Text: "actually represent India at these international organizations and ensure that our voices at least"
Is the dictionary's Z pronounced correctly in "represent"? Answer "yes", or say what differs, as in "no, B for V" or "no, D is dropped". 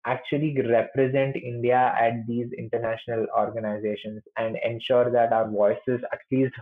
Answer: yes